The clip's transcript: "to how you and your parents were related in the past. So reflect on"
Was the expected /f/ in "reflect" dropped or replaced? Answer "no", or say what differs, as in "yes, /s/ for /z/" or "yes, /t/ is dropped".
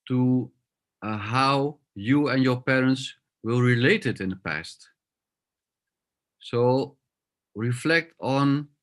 no